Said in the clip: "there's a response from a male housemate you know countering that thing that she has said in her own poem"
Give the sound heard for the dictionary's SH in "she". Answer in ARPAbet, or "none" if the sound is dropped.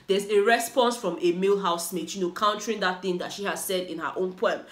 SH